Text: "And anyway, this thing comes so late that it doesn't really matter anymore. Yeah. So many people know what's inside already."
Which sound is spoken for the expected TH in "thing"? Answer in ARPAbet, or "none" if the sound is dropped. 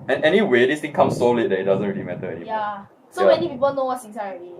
T